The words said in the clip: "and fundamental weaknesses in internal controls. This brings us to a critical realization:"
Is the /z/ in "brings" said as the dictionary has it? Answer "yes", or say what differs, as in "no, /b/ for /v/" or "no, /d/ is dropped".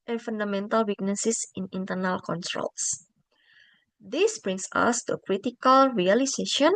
no, /s/ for /z/